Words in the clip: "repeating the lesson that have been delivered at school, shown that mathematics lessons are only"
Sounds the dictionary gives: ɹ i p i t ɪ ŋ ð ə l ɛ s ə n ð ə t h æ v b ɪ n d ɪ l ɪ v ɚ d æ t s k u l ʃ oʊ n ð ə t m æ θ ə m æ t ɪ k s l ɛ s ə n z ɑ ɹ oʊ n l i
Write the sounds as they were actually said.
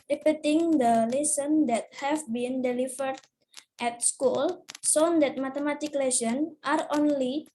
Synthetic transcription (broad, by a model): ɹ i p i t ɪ ŋ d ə l ɛ s ə n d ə t h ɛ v b ɪ n d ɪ l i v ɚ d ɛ t s k u l s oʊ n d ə t m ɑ t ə m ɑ t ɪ k l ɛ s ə n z ɑ ɹ oʊ n l i